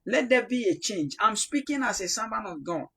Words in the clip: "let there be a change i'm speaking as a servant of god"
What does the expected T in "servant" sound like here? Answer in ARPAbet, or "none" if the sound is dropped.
none